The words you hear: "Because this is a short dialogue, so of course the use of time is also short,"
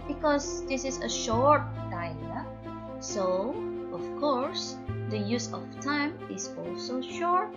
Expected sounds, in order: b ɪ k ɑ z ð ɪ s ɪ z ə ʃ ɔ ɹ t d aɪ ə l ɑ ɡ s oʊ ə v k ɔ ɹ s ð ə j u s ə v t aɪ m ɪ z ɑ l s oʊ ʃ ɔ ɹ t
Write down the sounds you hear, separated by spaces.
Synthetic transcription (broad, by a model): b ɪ k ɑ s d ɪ s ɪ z ə ʃ ɔ ɹ t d aɪ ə ʌ s oʊ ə f k ɔ ɹ s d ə j u s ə f t aɪ m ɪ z ɑ l s oʊ ʃ ɔ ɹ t